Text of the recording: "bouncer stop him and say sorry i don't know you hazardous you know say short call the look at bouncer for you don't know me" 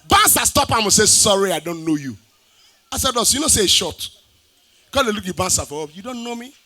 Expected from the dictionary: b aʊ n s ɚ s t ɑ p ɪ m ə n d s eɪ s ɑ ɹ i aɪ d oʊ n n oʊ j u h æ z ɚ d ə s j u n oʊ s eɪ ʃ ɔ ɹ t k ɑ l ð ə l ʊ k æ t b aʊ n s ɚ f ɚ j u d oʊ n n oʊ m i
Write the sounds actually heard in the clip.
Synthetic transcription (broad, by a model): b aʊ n s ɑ s t ɑ p ɪ m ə s eɪ s ɑ ɹ i aɪ d oʊ n n oʊ j u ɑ s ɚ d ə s j u n oʊ s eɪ ʃ ɔ t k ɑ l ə l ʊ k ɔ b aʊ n s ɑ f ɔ j u d oʊ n n oʊ m i